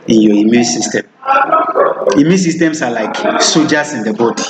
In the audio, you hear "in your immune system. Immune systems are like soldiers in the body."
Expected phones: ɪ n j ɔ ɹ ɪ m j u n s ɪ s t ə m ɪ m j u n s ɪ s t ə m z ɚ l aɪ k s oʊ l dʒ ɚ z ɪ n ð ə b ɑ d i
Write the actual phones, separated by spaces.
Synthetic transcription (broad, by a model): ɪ n j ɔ ɪ m j u n s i s t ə m ɪ m j u n s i s t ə m s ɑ l aɪ k s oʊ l dʒ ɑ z ɪ n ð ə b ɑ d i